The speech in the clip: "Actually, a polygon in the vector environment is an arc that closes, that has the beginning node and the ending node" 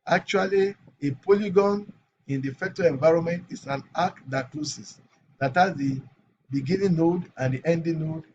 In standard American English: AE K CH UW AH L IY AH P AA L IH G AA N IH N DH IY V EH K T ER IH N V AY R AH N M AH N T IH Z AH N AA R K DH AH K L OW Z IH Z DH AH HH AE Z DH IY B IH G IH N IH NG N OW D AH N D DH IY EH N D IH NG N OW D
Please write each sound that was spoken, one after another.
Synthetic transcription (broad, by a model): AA K CH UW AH L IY AH P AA L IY G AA N IH N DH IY F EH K T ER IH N V AY R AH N M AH N T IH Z AH N AA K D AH K L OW S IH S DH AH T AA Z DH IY B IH G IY N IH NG N OW D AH N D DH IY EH N D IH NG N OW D